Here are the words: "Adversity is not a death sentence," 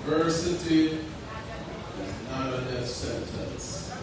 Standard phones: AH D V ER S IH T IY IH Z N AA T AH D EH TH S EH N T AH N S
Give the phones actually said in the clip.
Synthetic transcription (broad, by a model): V ER S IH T IY IH Z N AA T AH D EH F S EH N T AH N S